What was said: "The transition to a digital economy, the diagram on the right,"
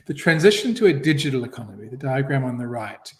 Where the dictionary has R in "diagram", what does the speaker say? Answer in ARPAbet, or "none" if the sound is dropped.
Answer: R